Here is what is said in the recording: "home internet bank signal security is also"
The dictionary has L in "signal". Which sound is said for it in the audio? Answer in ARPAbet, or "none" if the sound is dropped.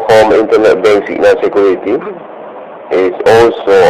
N